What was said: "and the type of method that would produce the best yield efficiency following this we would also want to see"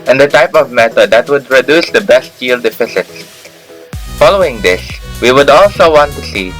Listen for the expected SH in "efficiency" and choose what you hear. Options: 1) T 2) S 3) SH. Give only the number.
2